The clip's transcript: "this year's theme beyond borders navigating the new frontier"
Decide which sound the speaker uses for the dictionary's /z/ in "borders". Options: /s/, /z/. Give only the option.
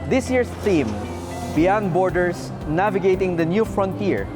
/s/